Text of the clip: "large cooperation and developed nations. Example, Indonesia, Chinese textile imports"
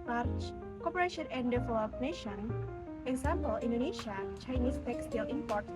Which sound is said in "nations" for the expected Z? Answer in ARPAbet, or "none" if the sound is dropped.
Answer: none